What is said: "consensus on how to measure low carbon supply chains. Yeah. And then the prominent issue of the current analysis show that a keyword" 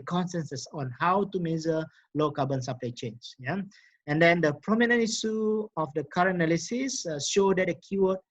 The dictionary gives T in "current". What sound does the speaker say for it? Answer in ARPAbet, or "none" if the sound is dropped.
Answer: none